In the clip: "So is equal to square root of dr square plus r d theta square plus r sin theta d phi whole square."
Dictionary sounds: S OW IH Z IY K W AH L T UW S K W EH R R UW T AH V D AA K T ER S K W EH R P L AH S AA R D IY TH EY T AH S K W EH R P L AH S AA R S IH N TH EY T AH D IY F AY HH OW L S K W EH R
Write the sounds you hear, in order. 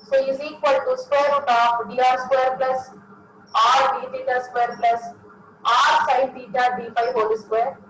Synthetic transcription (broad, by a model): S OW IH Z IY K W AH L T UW S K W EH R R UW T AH F D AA T S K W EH R P L AH S AA R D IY T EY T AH S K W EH R P L AH S AA R S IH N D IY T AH D IY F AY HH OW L S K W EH R